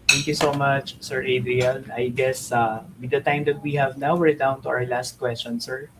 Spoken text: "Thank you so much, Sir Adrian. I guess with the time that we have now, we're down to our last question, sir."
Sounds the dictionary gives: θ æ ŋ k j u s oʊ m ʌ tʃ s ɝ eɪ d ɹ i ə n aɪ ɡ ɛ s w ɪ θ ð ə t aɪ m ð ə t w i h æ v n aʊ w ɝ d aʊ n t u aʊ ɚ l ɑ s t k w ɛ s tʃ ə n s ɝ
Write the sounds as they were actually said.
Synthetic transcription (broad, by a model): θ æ ŋ k j u s oʊ m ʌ tʃ s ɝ eɪ d ɹ i ə n aɪ ɡ ɛ s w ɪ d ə t aɪ m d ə t w i h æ v n aʊ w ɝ d aʊ n t u aʊ ɚ l ɑ s t k w ɛ s tʃ ə n s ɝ